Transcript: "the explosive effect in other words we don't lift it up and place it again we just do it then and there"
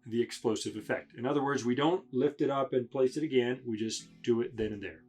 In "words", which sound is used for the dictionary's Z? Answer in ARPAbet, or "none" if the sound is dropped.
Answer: Z